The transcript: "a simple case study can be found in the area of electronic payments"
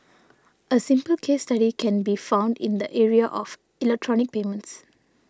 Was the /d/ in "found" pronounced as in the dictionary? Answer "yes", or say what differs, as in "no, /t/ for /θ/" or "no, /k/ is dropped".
yes